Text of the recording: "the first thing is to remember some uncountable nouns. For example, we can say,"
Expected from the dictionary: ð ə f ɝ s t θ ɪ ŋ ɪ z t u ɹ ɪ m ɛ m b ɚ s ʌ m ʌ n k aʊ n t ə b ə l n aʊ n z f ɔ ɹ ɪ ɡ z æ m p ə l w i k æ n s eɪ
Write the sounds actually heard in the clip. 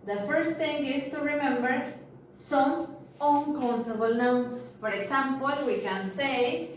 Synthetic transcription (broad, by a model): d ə f ɝ s t t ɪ ŋ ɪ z t u ɹ ɪ m ɛ m b ɚ s ʌ m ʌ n k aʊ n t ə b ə l n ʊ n s f ɔ ɹ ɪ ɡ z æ m p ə l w i k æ n s eɪ